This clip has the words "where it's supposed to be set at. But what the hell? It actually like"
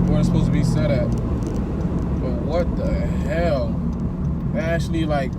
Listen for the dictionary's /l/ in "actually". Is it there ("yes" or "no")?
yes